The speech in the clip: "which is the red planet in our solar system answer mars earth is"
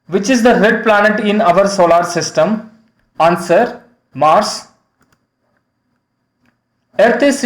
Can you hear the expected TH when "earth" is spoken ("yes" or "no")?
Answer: no